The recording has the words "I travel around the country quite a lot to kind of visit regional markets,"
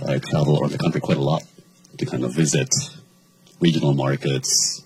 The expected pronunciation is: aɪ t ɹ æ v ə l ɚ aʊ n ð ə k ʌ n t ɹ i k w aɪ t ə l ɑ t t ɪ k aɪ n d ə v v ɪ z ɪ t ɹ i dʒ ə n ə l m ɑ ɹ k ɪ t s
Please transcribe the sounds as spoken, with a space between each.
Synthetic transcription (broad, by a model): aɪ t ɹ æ v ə l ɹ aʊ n ð ə k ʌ n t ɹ i k w aɪ t ə l ɑ t t ɪ k aɪ n d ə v v ɪ z ɪ t ɹ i dʒ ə n l m ɑ ɹ k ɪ t s